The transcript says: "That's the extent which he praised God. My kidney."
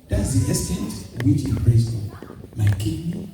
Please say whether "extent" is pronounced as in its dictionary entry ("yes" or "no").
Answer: no